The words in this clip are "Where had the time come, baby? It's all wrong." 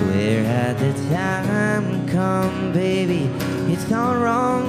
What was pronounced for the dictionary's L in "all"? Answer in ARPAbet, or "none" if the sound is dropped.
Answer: N